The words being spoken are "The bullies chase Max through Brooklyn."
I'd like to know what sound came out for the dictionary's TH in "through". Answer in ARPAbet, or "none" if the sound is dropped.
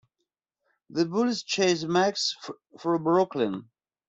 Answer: F